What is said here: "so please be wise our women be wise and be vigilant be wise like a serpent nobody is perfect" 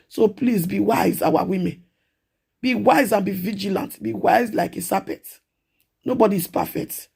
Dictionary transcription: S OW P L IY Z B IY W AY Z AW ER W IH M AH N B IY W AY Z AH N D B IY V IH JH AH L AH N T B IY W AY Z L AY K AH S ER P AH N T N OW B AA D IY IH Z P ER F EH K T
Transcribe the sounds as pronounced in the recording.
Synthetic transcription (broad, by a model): S OW P L IY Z B IY W AY Z AW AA W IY M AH N B IY W AY Z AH N B IY V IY JH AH L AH N T B IY W AY Z L AY K AH S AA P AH T N OW B AA D IY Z P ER F EH K T